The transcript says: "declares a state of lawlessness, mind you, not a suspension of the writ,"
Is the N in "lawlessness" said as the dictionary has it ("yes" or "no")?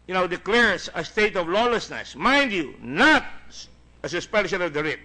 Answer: yes